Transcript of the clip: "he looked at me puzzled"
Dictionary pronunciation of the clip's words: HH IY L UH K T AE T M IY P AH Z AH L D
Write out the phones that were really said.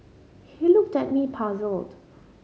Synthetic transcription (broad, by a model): HH IY L UH K T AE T M IY P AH Z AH L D